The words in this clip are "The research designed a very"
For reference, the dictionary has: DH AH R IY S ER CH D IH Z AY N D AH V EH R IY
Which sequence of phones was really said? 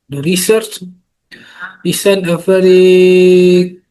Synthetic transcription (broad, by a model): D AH R IY S ER CH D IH S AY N AH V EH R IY